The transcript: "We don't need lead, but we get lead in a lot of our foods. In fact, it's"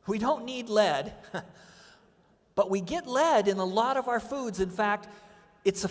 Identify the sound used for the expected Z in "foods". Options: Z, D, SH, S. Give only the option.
Z